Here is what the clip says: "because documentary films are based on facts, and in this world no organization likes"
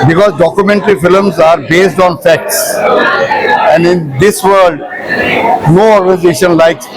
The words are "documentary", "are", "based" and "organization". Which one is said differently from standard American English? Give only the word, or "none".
none